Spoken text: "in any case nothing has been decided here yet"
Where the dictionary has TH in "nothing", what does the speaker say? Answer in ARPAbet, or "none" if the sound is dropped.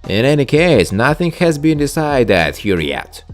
TH